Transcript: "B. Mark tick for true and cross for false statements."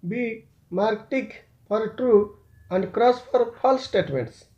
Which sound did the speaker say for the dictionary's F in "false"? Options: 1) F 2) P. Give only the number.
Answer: 2